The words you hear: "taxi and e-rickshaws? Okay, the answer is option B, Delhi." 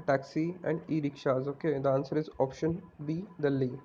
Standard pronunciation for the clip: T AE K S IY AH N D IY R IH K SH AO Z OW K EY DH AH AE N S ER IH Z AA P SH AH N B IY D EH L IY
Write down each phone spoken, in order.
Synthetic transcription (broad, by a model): T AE K S IY AH N D IY R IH K SH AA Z OW K EY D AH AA N S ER IH Z AA P SH AH N B IY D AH L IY